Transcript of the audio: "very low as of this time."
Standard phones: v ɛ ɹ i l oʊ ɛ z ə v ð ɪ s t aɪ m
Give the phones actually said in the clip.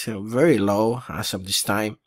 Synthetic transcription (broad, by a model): v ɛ ɹ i l oʊ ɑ s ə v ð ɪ s t aɪ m